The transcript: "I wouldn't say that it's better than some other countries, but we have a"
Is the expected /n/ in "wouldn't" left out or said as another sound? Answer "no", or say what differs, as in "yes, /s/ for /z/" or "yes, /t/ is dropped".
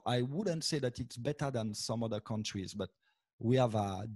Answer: no